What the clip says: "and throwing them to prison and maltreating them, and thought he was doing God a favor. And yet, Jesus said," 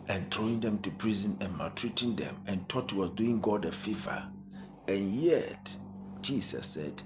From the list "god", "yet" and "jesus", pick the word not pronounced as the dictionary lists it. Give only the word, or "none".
jesus